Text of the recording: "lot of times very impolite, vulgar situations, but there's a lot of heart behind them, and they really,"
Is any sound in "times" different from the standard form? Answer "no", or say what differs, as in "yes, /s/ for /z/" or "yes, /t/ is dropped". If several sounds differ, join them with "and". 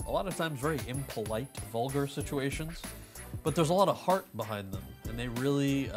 no